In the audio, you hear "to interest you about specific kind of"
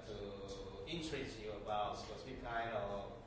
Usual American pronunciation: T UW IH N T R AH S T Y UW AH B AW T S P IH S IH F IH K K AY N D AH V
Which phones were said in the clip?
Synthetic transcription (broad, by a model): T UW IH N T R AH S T Y UW AH B AW T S IH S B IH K K AY N D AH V